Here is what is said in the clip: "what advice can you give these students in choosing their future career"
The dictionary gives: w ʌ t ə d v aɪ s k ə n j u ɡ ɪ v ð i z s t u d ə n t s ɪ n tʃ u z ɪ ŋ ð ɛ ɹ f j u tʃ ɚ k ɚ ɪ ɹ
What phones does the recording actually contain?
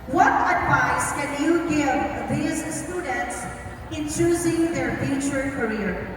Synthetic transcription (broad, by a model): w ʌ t ə d v aɪ s k ə n j u ɡ ɪ v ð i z s t u d ə n t s ɪ n tʃ u z ɪ ŋ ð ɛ ɹ f j u tʃ ɚ k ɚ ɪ ɹ